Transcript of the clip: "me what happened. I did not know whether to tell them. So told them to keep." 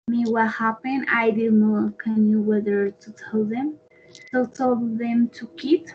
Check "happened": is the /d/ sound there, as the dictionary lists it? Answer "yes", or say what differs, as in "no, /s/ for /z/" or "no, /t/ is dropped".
no, /d/ is dropped